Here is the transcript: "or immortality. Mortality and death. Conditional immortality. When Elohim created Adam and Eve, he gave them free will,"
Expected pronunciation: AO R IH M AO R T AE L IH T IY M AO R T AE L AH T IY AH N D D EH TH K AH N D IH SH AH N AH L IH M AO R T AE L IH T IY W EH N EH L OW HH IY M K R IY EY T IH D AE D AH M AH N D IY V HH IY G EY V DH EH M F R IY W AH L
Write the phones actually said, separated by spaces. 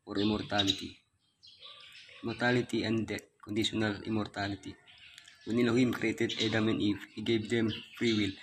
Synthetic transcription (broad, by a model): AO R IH M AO R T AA L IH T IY M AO R T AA L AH T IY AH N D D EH T K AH N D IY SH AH N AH L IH M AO R T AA L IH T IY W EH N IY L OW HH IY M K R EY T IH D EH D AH M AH N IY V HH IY G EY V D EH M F R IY W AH L